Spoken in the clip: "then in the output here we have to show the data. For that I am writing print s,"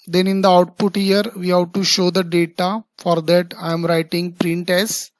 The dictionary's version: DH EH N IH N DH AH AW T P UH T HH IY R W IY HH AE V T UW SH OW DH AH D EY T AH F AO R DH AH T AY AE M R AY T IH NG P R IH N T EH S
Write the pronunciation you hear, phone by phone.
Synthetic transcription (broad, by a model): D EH N IH N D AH AW T P UH T HH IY R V IY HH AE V T UW SH OW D AH D EY T AH F AO R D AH T AY M R AY T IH NG P R IH N T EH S